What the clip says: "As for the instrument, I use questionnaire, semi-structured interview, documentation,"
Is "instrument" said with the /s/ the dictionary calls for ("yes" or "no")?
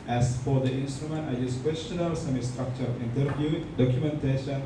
yes